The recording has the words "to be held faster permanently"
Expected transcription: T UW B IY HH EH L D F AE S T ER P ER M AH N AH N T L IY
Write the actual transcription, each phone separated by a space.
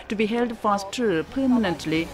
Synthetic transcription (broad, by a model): T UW B IY HH EH L D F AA S T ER P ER M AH N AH N T L IY